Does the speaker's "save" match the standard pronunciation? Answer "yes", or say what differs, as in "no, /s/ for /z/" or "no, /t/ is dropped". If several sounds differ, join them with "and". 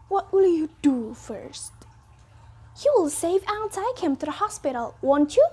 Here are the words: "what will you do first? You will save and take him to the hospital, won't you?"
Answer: yes